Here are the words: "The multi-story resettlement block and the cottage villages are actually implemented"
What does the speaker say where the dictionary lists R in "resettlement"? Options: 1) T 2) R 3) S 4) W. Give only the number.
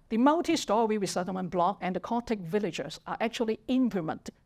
4